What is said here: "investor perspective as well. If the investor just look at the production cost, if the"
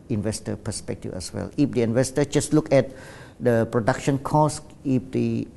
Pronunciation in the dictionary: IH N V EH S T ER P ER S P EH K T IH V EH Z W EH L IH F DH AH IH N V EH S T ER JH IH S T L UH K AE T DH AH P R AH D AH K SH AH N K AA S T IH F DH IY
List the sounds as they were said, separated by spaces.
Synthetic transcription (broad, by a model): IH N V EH S T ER P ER S P EH K T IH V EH S W EH L IH F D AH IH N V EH S T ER JH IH S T L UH K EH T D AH P R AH D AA K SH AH N K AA S IH F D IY